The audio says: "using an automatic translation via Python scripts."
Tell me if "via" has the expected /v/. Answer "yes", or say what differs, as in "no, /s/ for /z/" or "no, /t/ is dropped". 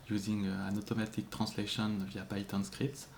yes